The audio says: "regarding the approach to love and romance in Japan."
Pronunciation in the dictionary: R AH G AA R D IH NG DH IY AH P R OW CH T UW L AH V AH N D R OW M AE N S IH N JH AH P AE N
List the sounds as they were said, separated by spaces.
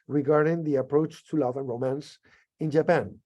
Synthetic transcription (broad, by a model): R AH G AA R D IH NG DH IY AH P R OW CH T UW L AH V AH N R OW M AE N S IH N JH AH P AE N